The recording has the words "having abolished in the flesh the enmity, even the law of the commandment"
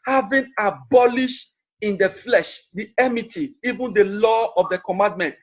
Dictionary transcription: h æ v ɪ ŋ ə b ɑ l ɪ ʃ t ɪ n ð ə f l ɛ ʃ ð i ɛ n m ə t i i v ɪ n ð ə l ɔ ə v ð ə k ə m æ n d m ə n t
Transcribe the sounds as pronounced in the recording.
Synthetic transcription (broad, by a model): h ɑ v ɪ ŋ ə b ɑ l ɪ ʃ t ɪ n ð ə f l ɛ ʃ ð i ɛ m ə t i i v ɪ n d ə l ɔ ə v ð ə k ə m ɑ n d m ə n t